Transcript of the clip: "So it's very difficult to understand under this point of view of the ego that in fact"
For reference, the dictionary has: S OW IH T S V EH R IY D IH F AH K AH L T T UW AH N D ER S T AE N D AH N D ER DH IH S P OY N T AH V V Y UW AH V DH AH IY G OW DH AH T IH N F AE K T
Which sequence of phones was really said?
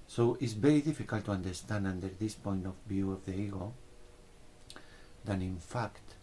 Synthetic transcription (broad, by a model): S OW T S B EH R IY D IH F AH K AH L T T UW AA N D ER S T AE N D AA N D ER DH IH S P OY N T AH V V Y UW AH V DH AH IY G OW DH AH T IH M F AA K T